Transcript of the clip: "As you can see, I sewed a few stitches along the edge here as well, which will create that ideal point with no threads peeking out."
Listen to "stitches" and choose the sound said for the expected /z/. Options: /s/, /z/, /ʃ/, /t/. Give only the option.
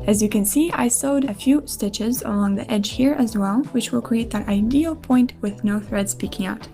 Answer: /z/